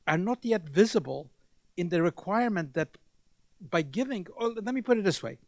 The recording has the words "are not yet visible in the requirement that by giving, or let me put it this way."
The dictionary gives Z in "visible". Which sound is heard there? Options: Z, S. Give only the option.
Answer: Z